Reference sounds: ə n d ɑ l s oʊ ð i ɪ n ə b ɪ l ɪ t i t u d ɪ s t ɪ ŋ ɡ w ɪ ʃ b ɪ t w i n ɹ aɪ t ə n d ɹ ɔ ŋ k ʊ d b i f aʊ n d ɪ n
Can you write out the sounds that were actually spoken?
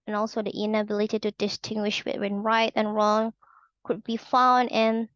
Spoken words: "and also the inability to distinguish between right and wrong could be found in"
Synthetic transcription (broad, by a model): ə n ɑ l s oʊ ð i ɪ n ə b ɪ l ɪ t i t u d ɪ s t ɪ ŋ ɡ w ɪ ʃ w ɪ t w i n ɹ aɪ t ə n ɹ ɔ ŋ k ʊ d b i f aʊ n d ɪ n